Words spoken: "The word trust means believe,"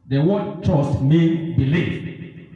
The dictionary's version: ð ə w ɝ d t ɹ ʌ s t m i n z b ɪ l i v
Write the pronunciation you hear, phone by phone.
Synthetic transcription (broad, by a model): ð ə w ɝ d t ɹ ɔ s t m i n b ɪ l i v